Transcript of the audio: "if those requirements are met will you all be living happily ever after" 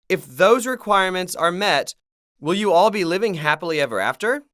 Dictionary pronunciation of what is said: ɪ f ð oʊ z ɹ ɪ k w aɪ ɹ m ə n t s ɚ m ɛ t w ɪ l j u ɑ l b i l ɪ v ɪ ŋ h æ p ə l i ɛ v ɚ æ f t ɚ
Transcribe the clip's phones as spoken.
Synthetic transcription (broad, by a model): ɪ f ð oʊ z ɹ ɪ k w aɪ ɹ m ə n t s ɚ m ɛ t w ɪ l j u ɑ l b i l ɪ v ɪ ŋ h æ p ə l i ɛ v ɚ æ f t ɚ